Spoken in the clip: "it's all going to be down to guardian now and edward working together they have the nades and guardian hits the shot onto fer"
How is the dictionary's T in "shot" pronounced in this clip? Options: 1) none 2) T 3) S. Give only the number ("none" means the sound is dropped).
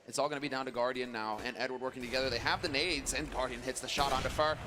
2